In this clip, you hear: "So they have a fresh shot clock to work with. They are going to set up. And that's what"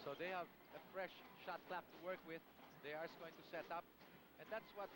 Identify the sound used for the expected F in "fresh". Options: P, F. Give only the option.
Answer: F